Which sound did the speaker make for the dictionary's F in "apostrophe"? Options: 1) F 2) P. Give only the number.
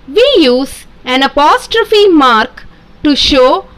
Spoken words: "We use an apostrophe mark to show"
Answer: 1